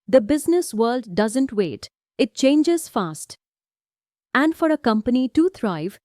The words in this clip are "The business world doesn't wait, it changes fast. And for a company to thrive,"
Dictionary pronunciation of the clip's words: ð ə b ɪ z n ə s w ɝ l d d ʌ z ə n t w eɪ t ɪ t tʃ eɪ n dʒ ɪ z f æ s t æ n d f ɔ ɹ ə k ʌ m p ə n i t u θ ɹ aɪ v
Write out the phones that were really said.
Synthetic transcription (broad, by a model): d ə b ɪ z n ə s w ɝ l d d ʌ z ə n t w eɪ t ɪ t tʃ eɪ n dʒ ɪ z f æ s t æ n d f ɔ ɹ ə k ʌ m p ə n i t u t ɹ aɪ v